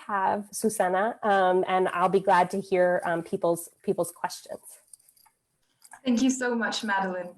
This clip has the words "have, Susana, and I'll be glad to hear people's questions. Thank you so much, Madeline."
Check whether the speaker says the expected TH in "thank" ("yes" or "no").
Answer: yes